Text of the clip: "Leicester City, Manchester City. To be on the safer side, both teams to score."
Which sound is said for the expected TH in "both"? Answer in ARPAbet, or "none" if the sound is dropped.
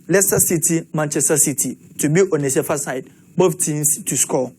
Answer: F